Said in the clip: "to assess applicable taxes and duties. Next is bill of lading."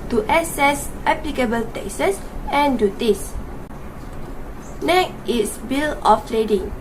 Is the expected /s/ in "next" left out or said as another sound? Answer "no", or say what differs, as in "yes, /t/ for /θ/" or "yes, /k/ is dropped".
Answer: yes, /s/ is dropped